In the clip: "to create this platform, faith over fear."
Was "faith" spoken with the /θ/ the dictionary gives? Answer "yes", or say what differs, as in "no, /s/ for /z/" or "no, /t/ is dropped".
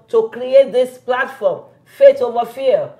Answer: no, /t/ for /θ/